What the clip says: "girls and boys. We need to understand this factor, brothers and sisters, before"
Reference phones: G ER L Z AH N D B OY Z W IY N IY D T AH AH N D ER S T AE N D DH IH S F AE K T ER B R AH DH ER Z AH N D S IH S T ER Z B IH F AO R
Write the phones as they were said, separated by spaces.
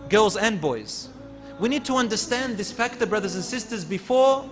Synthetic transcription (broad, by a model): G ER L Z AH N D B OY Z W IY N IY D T AH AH N D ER S T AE N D DH IH S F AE K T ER B R AH DH ER Z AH N S IH S T ER Z B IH F AO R